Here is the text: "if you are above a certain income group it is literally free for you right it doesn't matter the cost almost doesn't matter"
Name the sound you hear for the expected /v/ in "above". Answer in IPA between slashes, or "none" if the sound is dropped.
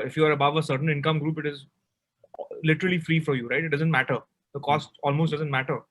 /v/